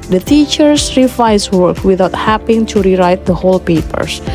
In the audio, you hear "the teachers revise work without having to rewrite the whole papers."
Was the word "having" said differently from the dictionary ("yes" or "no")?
yes